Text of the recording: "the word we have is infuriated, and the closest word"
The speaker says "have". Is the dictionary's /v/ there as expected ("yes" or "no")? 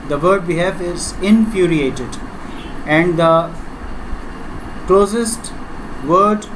no